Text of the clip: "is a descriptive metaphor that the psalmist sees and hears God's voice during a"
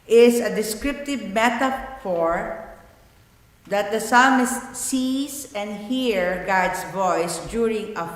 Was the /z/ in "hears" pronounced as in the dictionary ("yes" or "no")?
no